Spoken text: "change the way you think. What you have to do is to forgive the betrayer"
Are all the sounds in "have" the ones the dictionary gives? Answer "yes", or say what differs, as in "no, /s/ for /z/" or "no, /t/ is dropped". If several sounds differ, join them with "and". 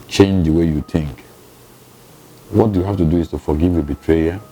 no, /f/ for /v/